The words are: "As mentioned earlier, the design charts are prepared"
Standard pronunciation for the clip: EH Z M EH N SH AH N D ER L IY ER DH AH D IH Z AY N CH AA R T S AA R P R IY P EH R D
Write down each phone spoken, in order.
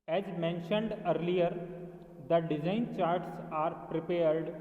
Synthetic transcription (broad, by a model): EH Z M EH N SH AH N D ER L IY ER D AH D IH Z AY N CH AA R T S AA R P R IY P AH R D